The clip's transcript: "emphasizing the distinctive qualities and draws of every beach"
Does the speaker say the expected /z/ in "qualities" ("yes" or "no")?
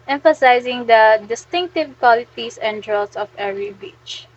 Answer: no